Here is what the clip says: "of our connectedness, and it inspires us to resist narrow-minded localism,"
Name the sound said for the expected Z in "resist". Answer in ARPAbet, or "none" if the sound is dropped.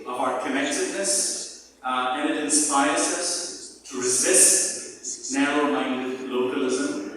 Z